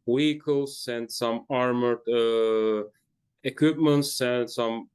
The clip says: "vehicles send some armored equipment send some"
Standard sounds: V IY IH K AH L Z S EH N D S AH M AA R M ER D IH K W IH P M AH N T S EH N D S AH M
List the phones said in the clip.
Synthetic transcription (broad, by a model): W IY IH K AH L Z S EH N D S AH M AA R M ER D IH K W IH P M AH N T S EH N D S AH M